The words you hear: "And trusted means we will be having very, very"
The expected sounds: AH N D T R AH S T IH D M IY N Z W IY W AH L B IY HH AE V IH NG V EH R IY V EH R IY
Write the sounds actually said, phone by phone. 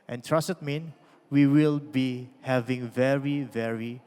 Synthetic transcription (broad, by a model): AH N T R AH S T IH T M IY N W IY W AH L B IY HH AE V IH NG V EH R IY V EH R IY